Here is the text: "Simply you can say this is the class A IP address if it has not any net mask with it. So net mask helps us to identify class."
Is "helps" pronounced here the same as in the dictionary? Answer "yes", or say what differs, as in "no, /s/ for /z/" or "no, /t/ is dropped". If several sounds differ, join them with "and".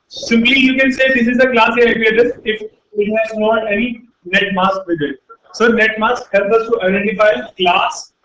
no, /s/ is dropped